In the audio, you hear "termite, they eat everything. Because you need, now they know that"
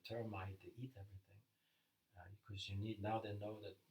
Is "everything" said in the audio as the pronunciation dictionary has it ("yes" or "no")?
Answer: yes